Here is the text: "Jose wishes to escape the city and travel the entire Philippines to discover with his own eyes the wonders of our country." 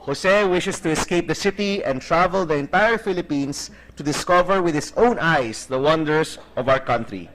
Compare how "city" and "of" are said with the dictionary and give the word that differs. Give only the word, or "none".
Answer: none